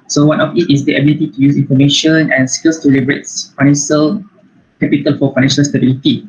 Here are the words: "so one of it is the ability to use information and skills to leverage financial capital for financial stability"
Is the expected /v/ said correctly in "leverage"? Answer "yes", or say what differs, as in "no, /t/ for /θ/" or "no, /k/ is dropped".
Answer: no, /b/ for /v/